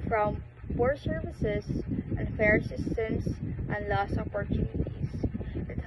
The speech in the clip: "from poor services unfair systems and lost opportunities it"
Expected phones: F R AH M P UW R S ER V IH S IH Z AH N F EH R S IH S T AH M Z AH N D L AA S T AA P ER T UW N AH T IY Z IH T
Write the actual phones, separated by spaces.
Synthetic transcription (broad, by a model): F R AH M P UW R S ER V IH S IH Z AH N F EH R S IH S T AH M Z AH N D L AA S AA P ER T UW N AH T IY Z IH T